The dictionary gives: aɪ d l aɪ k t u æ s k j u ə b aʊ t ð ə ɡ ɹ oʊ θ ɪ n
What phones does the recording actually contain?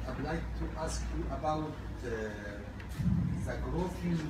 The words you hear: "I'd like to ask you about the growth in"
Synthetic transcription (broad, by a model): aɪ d l aɪ k t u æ s k j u ə b aʊ t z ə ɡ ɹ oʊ f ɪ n